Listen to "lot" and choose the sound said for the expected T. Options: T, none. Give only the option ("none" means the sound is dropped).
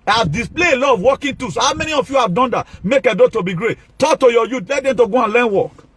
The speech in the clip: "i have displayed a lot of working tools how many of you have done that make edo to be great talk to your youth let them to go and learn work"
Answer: none